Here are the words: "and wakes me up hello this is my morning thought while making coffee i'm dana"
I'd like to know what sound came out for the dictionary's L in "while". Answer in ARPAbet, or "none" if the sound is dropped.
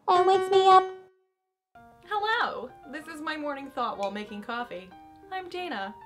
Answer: L